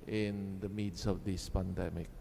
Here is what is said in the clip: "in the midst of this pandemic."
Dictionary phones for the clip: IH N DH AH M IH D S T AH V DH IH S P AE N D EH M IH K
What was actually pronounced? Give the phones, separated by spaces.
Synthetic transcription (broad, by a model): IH N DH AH M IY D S AH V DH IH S P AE N D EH M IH K